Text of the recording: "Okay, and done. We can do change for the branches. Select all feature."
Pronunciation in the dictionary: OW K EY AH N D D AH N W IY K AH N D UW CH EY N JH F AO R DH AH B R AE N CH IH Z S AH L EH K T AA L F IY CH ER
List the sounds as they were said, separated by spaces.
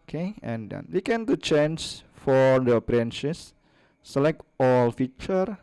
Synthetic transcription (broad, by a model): K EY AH N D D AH N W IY K AH N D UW CH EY N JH F AO R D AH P R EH N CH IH S AH L EH K T AA L F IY CH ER